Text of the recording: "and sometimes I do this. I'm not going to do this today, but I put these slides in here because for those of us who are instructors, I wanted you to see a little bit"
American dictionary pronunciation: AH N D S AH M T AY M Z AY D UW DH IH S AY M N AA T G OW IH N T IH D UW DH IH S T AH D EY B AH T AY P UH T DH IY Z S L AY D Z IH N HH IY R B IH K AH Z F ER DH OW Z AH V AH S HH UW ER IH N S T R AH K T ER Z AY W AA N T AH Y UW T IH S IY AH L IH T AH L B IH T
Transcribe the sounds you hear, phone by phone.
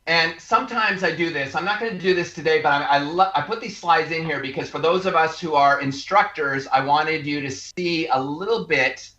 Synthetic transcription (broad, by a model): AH N S AH M T AY M Z AY D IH DH IH S AY M N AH T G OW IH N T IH D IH DH IH S T AH D EY B AH T AY P UH T DH IY Z S L AY D Z IH N HH IY R B IH K AH Z F ER DH OW Z AH V AH S HH UW ER IH N S T R AH K T ER Z AY W AA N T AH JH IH T IH S IY AH L IH T L B IH T